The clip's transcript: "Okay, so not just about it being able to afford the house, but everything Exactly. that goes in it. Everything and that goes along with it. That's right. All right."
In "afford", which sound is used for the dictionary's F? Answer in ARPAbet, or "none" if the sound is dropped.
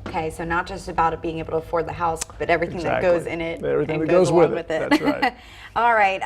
F